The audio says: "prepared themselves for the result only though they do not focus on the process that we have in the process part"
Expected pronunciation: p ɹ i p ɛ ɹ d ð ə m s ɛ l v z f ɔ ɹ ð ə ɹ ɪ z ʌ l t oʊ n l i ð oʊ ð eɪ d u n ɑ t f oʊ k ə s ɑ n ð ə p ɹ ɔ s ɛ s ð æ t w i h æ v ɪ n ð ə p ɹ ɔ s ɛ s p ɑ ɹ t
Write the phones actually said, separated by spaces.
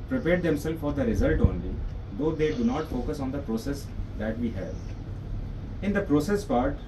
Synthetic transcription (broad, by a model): p ɹ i p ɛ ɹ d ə m s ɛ l f ɔ ɹ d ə ɹ ɪ z ʌ l t oʊ n l i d oʊ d eɪ d u n ɑ t f oʊ k ə s ɑ n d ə p ɹ ɔ s ɛ s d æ t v i h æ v ɪ n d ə p ɹ ɔ s ɛ s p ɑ ɹ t